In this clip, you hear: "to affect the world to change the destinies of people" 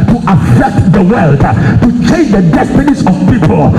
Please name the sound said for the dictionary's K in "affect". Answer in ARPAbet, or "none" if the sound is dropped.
K